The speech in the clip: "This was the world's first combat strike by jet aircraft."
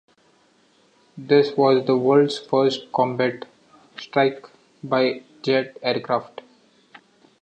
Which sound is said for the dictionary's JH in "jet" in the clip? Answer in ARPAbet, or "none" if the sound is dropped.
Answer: JH